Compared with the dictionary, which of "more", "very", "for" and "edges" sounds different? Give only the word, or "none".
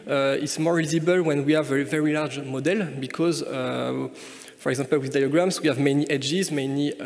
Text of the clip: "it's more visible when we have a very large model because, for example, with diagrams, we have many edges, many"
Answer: none